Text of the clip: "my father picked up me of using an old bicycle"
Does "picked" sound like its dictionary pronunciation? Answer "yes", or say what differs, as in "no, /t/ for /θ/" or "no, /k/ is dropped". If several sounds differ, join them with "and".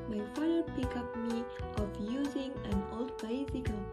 no, /t/ is dropped